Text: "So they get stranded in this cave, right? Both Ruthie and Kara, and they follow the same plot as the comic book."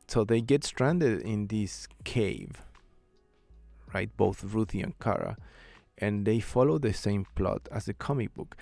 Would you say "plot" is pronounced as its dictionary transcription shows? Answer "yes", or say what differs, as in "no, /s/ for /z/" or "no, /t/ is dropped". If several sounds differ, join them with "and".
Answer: yes